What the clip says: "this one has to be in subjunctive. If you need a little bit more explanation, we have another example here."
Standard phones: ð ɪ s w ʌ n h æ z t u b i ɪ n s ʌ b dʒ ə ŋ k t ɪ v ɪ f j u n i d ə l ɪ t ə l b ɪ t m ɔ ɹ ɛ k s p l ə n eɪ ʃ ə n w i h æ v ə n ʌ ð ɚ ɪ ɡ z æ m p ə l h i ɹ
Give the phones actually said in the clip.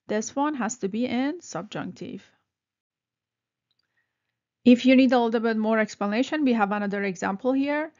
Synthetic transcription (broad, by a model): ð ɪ s w ʌ n h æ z t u b i ɪ n s ʌ b dʒ ə ŋ k t ɪ v ɪ f j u n i d ə l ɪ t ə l b ɪ t m ɔ ɹ ɛ k s p l ə n eɪ ʃ ə n w i h æ v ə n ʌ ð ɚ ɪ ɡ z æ m p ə l h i ɹ